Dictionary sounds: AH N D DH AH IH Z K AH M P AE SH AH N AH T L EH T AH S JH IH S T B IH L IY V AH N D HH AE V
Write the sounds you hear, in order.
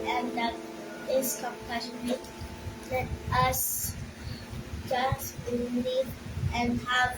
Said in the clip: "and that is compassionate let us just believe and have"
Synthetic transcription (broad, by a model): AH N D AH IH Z K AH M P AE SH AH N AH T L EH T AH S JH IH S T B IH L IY AH N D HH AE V